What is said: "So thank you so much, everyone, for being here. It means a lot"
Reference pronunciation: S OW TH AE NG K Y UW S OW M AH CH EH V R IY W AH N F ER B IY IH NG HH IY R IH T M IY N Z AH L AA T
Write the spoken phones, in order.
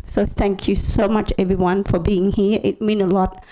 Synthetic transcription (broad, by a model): S OW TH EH NG K Y UW S OW M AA CH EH V R IY W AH N F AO B IY IH NG HH IY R IH T M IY N AH L AA T